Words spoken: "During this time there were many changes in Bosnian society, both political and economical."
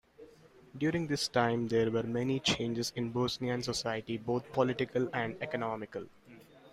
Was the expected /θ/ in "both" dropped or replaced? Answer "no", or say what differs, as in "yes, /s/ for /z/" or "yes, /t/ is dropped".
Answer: yes, /t/ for /θ/